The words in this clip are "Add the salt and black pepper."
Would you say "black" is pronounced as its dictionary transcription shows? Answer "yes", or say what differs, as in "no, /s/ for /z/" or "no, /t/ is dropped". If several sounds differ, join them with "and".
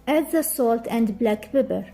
yes